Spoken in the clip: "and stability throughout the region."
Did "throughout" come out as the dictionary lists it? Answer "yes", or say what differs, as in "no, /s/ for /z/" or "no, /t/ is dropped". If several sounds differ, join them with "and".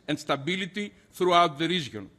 yes